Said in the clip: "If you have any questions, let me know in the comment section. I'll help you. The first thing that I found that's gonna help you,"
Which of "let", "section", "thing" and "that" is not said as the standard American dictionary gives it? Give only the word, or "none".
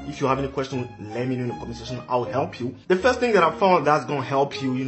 section